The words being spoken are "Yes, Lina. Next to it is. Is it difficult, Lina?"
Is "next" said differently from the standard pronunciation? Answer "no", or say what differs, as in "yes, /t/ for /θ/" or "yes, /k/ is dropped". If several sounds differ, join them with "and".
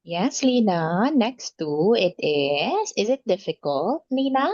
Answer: no